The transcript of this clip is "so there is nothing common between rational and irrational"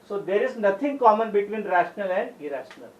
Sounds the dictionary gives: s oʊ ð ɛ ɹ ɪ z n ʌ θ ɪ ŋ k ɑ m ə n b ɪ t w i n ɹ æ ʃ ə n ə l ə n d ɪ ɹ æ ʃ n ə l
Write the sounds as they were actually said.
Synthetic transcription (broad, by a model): s oʊ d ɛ ɹ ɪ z n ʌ t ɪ ŋ k ɑ m ə n b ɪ t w i n ɹ æ ʃ ə n ə l ə n d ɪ ɹ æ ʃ n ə l